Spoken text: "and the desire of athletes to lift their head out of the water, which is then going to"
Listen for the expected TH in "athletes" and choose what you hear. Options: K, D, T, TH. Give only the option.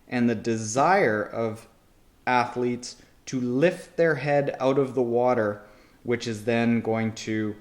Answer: TH